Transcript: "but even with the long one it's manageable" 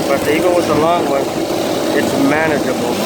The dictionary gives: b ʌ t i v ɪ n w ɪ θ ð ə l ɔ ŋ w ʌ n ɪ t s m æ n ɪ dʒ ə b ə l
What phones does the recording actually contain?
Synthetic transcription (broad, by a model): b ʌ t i ɪ l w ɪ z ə l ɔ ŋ w ʌ n ɪ t s m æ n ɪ dʒ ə b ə l